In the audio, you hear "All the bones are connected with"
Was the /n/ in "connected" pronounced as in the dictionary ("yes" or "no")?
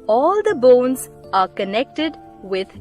yes